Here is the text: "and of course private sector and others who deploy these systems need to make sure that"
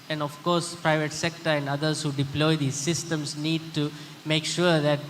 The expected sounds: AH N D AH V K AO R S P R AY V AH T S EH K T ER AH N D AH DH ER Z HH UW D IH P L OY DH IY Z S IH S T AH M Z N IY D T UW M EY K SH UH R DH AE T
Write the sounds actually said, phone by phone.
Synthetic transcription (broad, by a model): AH N D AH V K AO R S P R AY V AH T S EH K T ER AH N D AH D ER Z HH UW D IH P L OY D IY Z S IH S T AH M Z N IY D T UW M EY K SH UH R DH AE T